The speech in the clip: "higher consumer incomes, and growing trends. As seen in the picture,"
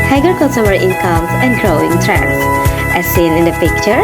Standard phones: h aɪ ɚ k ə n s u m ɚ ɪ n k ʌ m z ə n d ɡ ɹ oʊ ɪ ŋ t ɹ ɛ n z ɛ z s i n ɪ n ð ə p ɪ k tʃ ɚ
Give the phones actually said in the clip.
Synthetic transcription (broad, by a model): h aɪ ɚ k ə s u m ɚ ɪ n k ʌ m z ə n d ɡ ɹ oʊ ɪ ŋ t ɹ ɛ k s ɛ s i n ɪ n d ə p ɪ k tʃ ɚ